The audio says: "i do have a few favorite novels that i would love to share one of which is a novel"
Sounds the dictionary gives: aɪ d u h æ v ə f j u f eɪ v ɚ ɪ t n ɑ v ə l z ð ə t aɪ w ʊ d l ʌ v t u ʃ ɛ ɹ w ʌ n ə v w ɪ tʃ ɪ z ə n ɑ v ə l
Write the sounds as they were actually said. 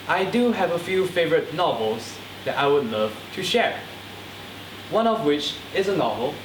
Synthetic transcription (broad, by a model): aɪ d u h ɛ v ə f j u f eɪ v ɚ ɪ t n ɑ v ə l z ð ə t aɪ w ʊ d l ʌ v t u ʃ ɛ ɹ w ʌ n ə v w ɪ tʃ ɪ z ə n ɑ v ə l